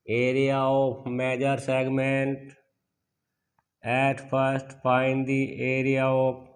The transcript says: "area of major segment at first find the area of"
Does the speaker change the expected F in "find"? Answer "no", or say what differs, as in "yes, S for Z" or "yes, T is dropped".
yes, P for F